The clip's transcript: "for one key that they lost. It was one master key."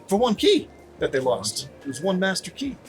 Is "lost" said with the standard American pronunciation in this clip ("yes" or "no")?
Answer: yes